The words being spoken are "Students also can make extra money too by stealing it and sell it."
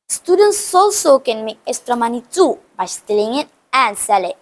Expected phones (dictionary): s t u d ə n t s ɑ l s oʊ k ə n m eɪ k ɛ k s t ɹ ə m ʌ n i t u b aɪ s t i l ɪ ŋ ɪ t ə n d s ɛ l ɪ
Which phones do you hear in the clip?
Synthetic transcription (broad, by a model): s t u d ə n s ɑ l s oʊ k ə n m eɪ ɛ s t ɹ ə m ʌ n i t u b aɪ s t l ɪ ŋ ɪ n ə n s ɛ l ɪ